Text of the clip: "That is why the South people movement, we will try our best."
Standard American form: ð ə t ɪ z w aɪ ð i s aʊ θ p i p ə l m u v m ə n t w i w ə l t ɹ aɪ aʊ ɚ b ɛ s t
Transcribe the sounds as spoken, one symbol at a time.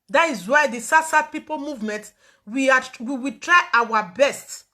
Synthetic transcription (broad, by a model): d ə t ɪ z w aɪ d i s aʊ s p i p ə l m u v m ə n t w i w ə w t ɹ aɪ aʊ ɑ b ɛ s t